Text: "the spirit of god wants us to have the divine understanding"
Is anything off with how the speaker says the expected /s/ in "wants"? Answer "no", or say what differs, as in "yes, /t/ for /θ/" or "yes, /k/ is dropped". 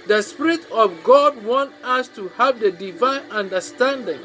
yes, /s/ is dropped